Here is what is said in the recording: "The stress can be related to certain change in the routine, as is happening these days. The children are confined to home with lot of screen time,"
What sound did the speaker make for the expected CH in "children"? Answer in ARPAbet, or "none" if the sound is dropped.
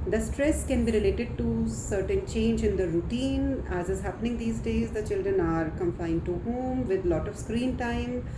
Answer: CH